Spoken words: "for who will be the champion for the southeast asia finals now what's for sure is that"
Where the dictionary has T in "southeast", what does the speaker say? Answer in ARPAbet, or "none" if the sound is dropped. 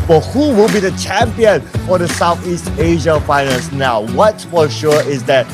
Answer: T